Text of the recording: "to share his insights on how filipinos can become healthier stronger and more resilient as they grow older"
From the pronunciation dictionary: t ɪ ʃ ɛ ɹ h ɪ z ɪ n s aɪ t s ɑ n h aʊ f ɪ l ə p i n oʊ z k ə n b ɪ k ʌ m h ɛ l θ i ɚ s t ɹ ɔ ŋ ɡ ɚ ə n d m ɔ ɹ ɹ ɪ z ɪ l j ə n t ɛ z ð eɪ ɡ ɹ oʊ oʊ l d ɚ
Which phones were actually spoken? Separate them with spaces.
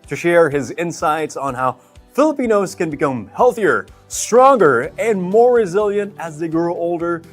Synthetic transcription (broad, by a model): t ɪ ʃ ɛ ɹ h ɪ z ɪ n s aɪ t s n h aʊ f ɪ l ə p i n oʊ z k ə n b ɪ k ʌ m h ɛ l θ i ɚ s t ɹ ɔ ŋ ɡ ɚ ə n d m ɔ ɹ ɹ ɪ z ɪ l j ə n t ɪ z ð eɪ ɡ ɹ oʊ oʊ l d ɚ